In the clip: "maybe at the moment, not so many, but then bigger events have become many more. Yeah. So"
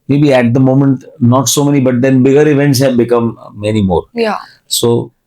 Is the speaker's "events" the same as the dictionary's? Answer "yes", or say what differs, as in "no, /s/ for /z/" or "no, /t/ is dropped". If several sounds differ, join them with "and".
yes